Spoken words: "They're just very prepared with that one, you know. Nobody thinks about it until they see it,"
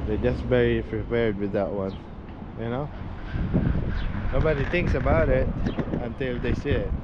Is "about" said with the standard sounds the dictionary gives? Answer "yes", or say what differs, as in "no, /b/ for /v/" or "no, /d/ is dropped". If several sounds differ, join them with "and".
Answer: yes